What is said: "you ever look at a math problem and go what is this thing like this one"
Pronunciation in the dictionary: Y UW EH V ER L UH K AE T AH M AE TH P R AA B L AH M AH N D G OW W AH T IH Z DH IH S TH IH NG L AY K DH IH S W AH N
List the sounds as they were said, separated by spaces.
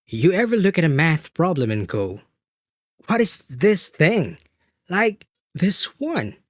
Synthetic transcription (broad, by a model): Y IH EH V ER L UH K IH T AH M AE TH P R AA B L AH M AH N G OW W AH T IH Z DH IH S TH IH NG L AY K DH IH S W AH N